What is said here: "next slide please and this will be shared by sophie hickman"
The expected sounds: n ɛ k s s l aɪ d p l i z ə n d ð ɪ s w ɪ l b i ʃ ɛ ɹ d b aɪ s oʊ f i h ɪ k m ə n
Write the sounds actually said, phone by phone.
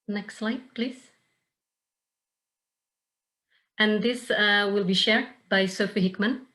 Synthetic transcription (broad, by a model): n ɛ k s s l aɪ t p l i z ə n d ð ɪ s w ɪ l b i ʃ ɛ ɹ d b aɪ s oʊ f i h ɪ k m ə n